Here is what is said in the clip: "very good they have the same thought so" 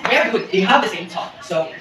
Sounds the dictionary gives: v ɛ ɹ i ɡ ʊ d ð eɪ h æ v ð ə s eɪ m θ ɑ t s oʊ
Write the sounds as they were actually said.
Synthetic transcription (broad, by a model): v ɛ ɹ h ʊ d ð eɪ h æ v ð ə s eɪ m t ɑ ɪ s oʊ